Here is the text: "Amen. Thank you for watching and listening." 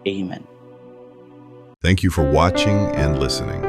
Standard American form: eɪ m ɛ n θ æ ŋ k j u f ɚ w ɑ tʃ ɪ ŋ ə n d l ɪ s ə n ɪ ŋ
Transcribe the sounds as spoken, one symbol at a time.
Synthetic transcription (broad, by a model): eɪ m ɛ n θ æ ŋ k j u f ɚ w ɑ tʃ ɪ ŋ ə n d l ɪ s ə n ɪ ŋ